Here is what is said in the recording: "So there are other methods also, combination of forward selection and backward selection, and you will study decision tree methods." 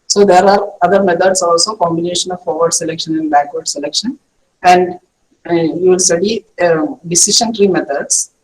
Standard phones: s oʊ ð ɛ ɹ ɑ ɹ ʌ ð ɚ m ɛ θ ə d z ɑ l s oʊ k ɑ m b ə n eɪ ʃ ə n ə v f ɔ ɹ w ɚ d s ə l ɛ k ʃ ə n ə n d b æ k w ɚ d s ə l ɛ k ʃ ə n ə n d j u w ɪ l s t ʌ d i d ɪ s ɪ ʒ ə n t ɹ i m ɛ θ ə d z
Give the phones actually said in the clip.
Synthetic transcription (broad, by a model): s oʊ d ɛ ɹ ɑ ɹ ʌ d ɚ m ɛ t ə d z ɑ l s oʊ k ɑ m b ə n eɪ ʃ ə n ə v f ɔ ɹ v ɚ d s ə l ɛ k ʃ ə n ə n d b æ k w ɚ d s ə l ɛ k ʃ ə n ə n d j u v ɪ l s t ʌ d i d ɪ s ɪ ʃ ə n t ɹ i m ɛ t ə d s